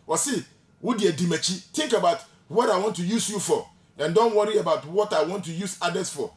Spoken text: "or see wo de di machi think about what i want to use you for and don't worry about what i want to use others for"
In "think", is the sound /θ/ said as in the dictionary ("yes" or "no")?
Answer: no